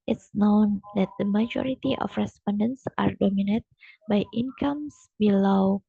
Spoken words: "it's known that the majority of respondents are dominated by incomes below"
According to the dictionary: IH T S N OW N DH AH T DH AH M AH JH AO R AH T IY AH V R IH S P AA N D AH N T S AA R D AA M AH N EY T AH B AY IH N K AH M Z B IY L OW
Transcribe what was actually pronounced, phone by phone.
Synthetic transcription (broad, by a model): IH T S N OW N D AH T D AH M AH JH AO R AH T IY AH F R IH S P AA N D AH N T S AA R D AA M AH N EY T B AY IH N K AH M S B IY L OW